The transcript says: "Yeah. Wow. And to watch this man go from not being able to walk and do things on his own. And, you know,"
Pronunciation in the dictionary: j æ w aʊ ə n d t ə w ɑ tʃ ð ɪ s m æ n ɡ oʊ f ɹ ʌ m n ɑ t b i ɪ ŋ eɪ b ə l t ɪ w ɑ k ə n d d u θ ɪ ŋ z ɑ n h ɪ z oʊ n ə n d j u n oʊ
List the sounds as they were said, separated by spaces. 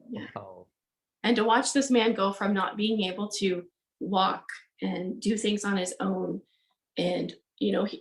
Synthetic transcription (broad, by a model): j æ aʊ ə n t ə w ɑ tʃ ð ɪ s m æ n ɡ oʊ f ɹ ʌ m n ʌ t b i ɪ ŋ eɪ b l t ɪ w ɑ k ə n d d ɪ θ ɪ ŋ z n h ɪ z oʊ n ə n j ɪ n oʊ